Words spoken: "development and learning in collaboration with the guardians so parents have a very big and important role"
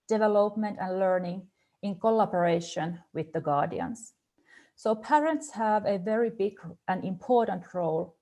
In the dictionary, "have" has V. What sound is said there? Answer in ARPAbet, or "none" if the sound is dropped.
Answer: V